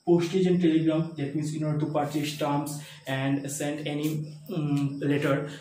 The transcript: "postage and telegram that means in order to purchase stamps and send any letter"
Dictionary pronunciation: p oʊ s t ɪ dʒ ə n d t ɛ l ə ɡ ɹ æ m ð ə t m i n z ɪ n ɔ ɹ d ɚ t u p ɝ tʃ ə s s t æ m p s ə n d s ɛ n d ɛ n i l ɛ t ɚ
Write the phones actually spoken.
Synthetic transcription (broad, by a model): p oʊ s t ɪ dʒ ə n t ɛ l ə ɡ ɹ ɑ m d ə t m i n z ɪ n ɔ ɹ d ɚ t u p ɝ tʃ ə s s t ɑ m s ə n d s ɛ n d ɛ n i l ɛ t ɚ